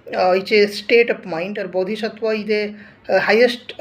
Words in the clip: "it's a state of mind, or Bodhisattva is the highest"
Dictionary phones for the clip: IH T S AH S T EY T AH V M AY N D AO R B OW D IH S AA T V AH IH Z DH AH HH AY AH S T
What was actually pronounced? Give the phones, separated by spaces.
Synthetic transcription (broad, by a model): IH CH AH S T EY T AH P M AY N D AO R B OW D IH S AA T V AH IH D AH HH AY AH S T